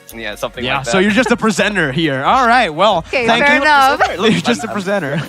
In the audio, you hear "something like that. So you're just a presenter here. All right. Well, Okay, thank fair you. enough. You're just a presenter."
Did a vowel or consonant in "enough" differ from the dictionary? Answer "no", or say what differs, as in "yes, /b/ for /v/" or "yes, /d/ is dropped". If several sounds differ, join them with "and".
yes, /n/ is dropped